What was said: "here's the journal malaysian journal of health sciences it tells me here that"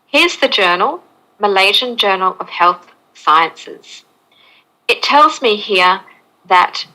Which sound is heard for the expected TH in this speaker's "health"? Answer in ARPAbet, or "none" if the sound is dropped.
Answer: TH